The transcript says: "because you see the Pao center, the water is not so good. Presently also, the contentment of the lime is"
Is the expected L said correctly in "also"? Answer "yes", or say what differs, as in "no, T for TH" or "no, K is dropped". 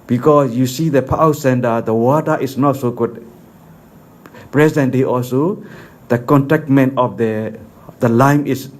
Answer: yes